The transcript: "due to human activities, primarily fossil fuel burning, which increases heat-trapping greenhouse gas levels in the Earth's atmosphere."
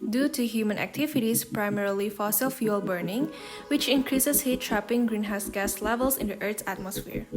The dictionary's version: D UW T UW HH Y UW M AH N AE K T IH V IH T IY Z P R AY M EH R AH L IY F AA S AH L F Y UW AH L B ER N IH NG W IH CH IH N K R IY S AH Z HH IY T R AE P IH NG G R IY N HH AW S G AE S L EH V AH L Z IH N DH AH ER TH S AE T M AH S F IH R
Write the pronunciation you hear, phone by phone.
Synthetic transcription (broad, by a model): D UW T UW HH Y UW M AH N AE K T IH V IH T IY S P R AY M EH R AH L IY F AA S AH L F Y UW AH L B ER N IH NG W IH CH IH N K R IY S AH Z HH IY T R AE P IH NG G R IY N HH AW S G AE S L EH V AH L S IH N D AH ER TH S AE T M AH S F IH R